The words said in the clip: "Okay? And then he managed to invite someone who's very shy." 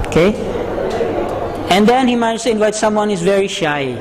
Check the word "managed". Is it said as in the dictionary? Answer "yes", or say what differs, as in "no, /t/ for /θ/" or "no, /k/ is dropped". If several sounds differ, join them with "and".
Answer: no, /n/ is dropped